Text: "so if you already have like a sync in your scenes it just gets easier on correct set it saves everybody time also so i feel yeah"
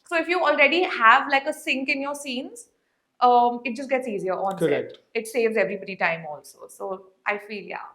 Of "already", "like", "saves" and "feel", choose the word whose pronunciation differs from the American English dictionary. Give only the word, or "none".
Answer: none